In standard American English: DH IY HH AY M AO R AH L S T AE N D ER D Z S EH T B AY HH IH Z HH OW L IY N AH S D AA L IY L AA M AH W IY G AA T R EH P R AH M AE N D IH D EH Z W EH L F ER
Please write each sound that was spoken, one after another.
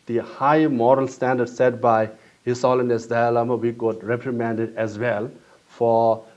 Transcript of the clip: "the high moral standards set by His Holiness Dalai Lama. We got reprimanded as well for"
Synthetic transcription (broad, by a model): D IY HH AY M AO R AH L S T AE N D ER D S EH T B AY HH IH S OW L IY N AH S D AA AA L AA M AH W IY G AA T R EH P R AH M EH N D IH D EH Z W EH L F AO